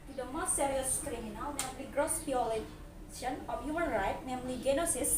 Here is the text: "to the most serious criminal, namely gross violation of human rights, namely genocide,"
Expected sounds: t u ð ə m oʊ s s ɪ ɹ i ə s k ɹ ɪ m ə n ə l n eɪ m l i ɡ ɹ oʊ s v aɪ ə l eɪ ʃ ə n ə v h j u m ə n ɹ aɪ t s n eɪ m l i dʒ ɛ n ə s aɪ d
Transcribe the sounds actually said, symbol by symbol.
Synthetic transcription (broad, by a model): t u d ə m oʊ s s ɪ ɹ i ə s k ɹ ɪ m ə n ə l n eɪ m l i ɡ ɹ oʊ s b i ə l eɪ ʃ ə n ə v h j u m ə n ɹ aɪ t n eɪ m l i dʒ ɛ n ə s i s